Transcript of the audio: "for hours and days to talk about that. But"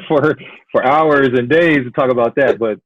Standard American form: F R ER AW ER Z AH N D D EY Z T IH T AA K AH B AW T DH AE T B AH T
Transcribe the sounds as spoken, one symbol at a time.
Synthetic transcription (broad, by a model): F R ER AW ER Z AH N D D EY Z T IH T AA K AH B AW T DH AE T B AH T